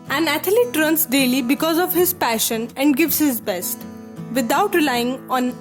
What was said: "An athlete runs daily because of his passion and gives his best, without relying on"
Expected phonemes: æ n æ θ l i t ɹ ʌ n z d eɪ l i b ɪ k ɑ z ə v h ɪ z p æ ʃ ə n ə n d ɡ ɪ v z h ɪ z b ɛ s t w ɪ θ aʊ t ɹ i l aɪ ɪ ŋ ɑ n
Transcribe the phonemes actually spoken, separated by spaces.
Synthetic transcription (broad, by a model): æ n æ t l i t ɹ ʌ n s d eɪ l i b ɪ k ɑ z ə v h ɪ z p æ ʃ ə n ə n d ɡ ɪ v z h ɪ z b ɛ s t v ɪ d aʊ t ɹ i l aɪ ɪ ŋ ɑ n